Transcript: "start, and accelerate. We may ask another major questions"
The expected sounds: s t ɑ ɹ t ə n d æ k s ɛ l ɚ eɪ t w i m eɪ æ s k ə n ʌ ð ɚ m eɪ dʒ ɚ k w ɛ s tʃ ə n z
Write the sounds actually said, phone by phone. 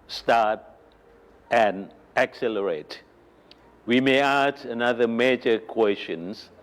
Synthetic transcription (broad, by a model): s t ɑ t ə n æ k s ɛ l ɚ eɪ t w i m eɪ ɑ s ə n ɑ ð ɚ m eɪ dʒ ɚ k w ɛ s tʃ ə n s